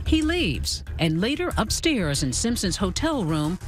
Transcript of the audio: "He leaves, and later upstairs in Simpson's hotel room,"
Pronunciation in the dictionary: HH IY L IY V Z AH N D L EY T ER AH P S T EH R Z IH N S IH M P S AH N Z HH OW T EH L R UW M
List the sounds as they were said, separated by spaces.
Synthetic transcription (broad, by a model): HH IY L IY V Z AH N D L EY T ER AH P S T EH R Z IH N S IH M P S AH N Z HH OW T EH L R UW M